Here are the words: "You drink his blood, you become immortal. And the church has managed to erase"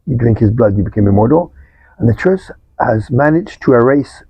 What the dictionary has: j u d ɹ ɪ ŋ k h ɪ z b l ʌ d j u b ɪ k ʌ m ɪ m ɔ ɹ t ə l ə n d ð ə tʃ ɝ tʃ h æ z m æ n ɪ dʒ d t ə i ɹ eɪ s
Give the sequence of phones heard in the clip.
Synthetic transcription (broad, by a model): j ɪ d ɹ ɪ ŋ k h ɪ z b l ʌ d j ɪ b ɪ k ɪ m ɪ m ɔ ɹ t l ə n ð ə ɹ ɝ s h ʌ z m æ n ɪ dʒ t ə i ɹ eɪ s